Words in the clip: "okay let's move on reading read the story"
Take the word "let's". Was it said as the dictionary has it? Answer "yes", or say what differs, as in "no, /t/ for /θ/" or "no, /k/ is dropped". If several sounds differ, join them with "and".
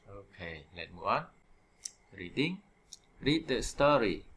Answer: no, /s/ is dropped